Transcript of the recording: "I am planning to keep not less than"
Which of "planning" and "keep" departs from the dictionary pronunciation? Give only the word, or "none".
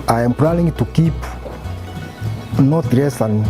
planning